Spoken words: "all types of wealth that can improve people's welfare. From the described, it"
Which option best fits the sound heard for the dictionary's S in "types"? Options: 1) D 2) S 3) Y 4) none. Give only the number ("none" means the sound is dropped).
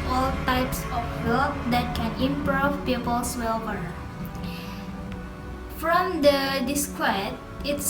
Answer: 2